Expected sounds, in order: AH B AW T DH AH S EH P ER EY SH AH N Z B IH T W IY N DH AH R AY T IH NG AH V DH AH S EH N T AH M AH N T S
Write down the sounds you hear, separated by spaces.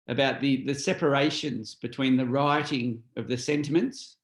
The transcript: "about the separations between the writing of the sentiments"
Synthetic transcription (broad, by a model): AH B AW T DH AH S EH P ER EY SH AH N Z B IH T W IY N DH AH R AY T IH NG AH V DH AH S EH N T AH M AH N T S